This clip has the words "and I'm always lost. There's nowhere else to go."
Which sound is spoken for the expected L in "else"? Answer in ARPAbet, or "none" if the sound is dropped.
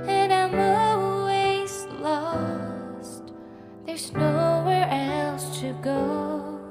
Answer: L